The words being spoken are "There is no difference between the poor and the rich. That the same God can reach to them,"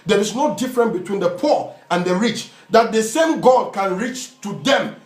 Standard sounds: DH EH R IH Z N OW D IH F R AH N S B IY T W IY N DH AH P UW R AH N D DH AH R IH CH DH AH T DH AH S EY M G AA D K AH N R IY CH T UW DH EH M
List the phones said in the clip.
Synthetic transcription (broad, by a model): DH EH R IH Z N OW D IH F R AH N B IY T W IY N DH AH P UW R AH N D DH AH R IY CH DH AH T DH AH S EY M G AA D K AH N R IY CH T UW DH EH M